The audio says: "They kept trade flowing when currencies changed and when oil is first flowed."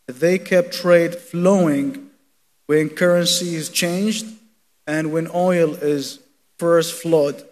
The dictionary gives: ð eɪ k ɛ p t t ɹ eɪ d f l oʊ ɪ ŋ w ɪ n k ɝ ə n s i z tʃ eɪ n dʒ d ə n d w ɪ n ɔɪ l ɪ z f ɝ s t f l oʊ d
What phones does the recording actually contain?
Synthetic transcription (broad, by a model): ð eɪ k ɛ p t t ɹ eɪ d f l oʊ ɪ ŋ w ɪ n k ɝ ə n s i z tʃ eɪ n dʒ d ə n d w ɪ n ɔɪ l ɪ z f ɝ s t f l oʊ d